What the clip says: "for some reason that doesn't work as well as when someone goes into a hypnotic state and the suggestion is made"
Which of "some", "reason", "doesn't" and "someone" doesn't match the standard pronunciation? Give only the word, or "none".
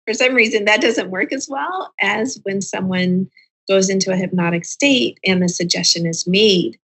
none